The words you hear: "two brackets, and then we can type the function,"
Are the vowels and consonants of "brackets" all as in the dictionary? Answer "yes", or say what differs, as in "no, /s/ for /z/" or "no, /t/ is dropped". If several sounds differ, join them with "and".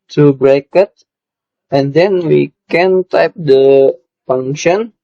no, /s/ is dropped